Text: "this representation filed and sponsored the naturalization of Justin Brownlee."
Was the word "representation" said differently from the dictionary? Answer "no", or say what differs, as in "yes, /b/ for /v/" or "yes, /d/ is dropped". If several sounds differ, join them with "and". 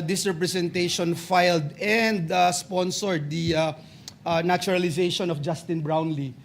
yes, /s/ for /z/